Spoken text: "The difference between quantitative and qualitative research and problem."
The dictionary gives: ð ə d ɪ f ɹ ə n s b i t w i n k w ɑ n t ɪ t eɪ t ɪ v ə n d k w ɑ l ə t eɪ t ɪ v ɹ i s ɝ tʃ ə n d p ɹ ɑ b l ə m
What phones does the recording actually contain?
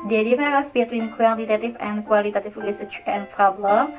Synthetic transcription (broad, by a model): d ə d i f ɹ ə s b i t w i n k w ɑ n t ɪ t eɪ t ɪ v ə n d k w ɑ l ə t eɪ t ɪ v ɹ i s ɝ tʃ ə n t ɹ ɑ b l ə